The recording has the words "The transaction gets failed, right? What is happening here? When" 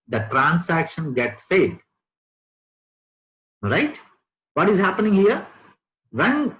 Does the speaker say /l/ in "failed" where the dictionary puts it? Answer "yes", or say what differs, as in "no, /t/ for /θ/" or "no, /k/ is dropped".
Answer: no, /l/ is dropped